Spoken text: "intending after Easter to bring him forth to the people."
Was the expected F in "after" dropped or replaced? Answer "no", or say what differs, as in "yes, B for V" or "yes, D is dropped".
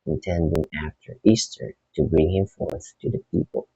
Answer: no